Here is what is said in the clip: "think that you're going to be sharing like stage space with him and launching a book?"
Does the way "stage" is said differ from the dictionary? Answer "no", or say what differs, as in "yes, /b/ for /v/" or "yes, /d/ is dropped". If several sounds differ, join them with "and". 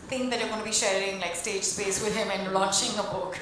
no